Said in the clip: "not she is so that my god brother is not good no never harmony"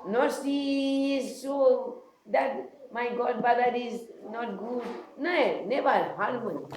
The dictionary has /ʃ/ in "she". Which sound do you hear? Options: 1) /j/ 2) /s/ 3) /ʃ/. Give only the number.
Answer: 2